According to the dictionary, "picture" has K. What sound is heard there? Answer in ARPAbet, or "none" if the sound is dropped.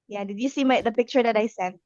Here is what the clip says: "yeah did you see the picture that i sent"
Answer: K